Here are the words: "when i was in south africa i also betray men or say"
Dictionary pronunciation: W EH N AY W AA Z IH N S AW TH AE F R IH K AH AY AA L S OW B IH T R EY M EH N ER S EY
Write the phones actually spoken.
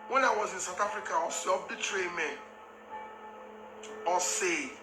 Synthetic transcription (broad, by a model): W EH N AY W AA Z IH N S AW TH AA F R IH K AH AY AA S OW B IH T R EY M EH N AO S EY